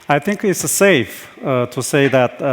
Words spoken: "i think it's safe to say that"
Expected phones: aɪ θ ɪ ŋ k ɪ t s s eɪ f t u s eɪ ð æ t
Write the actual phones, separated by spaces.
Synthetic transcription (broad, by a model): aɪ θ ɪ ŋ k ɪ t s s eɪ f t u s eɪ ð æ t